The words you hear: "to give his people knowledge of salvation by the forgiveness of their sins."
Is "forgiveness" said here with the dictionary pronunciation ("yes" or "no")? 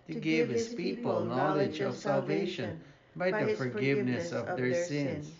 yes